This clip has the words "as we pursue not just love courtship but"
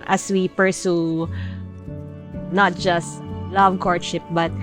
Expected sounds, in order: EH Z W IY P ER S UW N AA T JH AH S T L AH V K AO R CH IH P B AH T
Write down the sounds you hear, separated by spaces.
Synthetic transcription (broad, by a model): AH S W IY P ER S UW N AA T JH AH S T L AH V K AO R SH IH P B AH T